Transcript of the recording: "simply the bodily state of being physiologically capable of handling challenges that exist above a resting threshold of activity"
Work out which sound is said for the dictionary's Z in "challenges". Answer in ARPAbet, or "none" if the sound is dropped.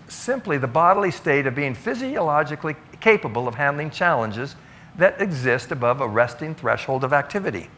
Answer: Z